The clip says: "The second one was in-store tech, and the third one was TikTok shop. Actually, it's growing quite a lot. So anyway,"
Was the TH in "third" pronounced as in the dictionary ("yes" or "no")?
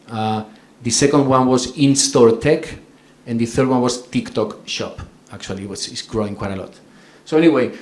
yes